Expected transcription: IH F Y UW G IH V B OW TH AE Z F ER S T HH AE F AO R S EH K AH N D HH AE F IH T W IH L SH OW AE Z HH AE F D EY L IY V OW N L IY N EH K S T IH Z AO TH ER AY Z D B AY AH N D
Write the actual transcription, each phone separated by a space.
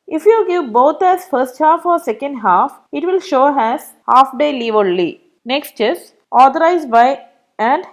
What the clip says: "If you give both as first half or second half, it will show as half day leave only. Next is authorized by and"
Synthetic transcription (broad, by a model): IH F Y UW G IH V B OW T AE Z F ER S T HH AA F AO R S EH K AH N D HH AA F IH T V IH L SH OW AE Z HH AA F D EY L IY V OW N L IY N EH K S T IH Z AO T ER AY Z B AY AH N D